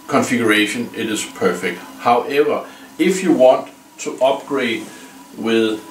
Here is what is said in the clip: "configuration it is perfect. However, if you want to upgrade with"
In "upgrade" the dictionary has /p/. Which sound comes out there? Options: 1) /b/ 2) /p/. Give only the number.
1